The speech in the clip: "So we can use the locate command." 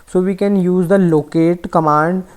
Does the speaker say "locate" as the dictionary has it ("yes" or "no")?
yes